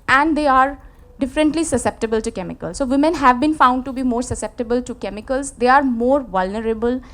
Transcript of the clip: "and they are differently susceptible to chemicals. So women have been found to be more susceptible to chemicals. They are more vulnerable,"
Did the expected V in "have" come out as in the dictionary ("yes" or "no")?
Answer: yes